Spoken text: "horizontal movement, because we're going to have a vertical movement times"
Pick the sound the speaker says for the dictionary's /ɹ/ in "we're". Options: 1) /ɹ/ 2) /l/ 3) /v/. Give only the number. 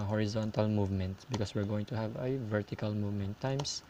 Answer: 1